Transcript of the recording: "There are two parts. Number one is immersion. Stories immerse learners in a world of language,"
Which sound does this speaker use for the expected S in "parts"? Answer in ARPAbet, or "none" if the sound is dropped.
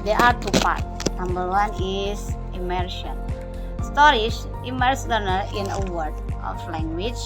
none